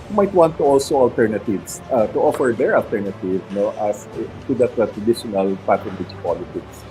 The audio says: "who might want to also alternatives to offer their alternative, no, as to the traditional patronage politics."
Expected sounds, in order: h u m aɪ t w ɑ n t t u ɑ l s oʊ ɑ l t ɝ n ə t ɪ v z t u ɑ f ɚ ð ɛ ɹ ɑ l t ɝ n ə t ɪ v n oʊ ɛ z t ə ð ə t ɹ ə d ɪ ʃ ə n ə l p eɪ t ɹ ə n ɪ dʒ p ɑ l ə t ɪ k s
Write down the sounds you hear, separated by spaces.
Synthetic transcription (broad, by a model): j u m aɪ t w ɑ n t t u ɑ l s oʊ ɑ l t ɝ n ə t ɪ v s t u ɑ f ɚ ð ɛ ɹ ɑ l t ɝ n ə t ɪ v n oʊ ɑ s t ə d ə t ɹ ə d ɪ ʃ ə n ə l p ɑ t ə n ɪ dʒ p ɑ l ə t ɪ k s